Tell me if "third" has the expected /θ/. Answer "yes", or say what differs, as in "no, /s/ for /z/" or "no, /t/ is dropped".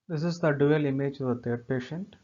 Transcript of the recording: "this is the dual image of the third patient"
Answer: no, /t/ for /θ/